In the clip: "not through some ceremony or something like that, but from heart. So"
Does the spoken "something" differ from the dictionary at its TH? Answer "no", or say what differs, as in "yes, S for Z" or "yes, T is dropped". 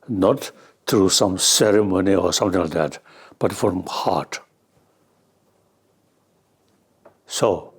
yes, T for TH